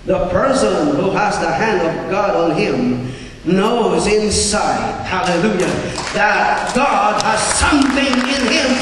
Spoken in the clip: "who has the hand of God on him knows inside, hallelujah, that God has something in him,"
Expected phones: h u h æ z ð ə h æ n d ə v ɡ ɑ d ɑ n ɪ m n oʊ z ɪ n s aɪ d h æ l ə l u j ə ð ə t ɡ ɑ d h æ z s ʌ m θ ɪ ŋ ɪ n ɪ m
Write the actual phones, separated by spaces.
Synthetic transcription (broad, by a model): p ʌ h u z ð ə h æ n d ə v ɡ ɑ d n ɪ m n oʊ z ɪ n s aɪ d h æ l ə l u j ə ð ə t ɡ ɑ d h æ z s ʌ m θ ɪ ŋ ɪ n ɪ m